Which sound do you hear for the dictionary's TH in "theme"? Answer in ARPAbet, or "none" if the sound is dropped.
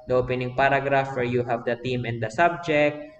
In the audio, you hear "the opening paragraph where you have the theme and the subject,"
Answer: T